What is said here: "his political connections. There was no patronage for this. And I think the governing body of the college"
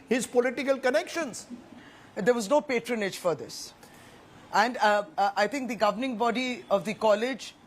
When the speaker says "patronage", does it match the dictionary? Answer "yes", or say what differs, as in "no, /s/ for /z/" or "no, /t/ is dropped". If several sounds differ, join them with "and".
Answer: yes